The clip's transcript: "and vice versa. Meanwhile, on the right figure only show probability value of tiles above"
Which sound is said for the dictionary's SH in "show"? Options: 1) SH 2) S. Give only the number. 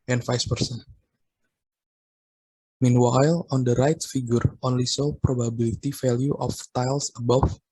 2